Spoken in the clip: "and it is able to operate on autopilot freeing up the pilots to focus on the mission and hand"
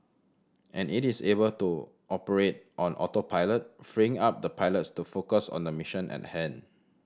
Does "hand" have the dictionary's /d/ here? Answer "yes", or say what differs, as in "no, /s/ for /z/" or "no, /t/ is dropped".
no, /d/ is dropped